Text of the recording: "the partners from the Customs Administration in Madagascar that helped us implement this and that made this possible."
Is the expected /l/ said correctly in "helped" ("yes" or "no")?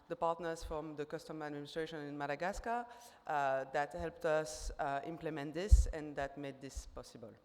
yes